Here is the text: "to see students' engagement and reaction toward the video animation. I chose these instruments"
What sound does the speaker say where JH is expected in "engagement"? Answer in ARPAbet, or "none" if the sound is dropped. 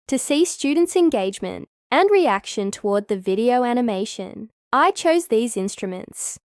JH